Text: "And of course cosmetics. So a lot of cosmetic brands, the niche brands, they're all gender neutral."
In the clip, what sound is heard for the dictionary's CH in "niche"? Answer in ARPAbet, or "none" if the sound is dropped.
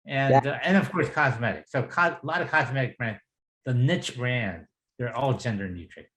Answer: CH